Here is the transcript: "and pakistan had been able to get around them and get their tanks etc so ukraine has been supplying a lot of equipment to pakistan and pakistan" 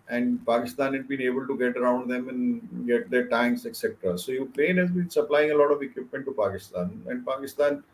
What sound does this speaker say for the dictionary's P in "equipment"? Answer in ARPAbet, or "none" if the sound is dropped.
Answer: P